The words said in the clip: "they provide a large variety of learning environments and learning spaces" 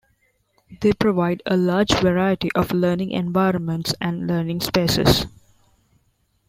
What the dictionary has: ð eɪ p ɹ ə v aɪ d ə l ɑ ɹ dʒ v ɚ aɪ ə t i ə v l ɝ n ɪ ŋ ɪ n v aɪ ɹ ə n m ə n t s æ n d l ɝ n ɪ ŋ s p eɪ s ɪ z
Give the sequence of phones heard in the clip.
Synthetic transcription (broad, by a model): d eɪ p ɹ ə v aɪ d ə l ɑ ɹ dʒ v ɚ aɪ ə t i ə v l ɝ n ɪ ŋ ɪ n v aɪ ɹ ə n m ə n t s æ n d l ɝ n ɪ ŋ s p eɪ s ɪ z